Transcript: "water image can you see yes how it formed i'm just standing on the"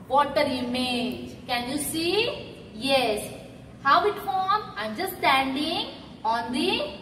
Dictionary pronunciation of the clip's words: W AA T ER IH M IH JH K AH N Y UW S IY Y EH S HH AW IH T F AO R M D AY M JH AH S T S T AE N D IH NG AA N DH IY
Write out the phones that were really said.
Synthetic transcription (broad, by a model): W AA T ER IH M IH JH K AH N Y UW S IY Y EH S HH AW IH T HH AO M AY M JH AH S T S T AE N D IH NG AA N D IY